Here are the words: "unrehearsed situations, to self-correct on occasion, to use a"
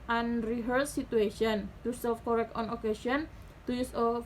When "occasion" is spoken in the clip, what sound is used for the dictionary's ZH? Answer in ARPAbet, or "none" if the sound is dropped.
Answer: S